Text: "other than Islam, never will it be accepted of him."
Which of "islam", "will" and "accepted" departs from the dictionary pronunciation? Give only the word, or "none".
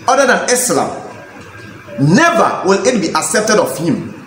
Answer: none